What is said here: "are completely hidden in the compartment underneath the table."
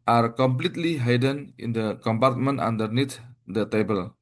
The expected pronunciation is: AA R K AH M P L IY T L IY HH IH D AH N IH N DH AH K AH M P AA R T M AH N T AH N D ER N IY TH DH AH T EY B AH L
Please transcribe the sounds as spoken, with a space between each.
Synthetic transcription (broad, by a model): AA R K AH M P L IY T L IY HH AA D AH N IH N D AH K AH M P AA R T M AH N T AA N D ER N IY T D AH T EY B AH L